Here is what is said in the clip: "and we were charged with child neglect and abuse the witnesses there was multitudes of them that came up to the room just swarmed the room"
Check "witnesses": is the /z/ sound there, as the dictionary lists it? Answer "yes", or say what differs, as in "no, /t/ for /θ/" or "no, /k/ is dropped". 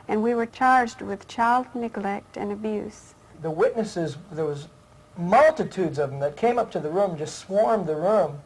yes